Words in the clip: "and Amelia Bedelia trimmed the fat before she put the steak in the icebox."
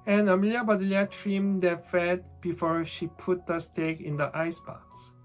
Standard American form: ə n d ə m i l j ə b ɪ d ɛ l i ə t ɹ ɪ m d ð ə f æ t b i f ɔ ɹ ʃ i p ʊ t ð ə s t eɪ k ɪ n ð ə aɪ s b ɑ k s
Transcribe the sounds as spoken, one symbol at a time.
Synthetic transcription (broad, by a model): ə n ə m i l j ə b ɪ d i l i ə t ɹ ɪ m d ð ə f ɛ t b i f ɔ ɹ ʃ i p ʊ t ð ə s t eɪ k ɪ n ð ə aɪ s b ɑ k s